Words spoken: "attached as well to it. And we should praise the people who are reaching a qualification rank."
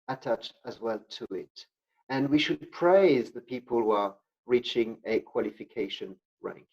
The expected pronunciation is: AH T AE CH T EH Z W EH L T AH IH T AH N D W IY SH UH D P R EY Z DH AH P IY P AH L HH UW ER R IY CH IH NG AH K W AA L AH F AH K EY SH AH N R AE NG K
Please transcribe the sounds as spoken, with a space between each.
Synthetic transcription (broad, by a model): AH T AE CH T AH Z W EH L T AH IH T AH N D W IY SH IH D P R EY Z DH AH P IY P AH L HH UW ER R IY CH IH NG AH K W AA L AH F AH K EY SH AH N R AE NG K